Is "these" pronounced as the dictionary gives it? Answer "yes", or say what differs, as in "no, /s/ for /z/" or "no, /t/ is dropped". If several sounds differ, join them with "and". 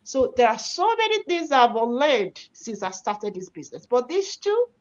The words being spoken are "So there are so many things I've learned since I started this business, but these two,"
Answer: no, /s/ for /z/